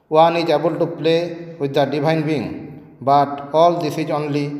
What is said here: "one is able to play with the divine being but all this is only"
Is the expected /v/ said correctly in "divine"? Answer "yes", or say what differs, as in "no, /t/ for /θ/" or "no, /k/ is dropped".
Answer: no, /b/ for /v/